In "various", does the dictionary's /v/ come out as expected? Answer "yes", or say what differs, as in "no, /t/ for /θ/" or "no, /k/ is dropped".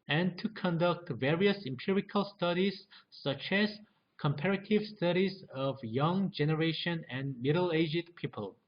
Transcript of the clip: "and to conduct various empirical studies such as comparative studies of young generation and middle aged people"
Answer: yes